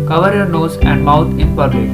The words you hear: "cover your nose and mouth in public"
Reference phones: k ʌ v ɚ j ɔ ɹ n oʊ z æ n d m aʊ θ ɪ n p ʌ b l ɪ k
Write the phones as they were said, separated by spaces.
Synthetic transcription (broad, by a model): k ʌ v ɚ j ɔ ɹ n oʊ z æ n d m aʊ t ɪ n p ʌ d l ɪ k